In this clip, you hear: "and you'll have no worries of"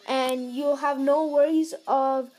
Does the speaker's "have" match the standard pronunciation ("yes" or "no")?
yes